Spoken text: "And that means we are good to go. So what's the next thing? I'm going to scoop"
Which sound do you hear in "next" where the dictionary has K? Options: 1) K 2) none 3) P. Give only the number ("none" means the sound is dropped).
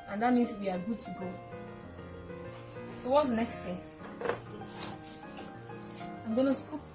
1